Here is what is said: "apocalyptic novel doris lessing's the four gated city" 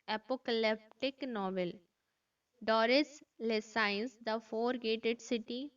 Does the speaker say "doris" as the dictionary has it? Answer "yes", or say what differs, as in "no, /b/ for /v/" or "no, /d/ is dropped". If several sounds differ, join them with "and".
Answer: yes